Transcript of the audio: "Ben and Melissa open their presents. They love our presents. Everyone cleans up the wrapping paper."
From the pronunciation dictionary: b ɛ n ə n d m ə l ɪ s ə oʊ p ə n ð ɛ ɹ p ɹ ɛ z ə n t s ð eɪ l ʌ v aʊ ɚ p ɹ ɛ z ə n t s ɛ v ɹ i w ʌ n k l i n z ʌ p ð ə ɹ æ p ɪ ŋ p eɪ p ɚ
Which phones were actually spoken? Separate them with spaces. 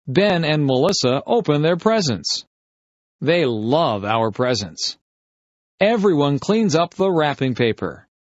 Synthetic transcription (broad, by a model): b ɛ n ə n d m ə l ɪ s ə oʊ p ə n ð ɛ ɹ p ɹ ɛ z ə n s ð eɪ l ʌ v aʊ ɚ p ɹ ɛ z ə n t s ɛ v ɹ i w ʌ n k l i n z ʌ p ð ə ɹ æ p ɪ ŋ p eɪ p ɚ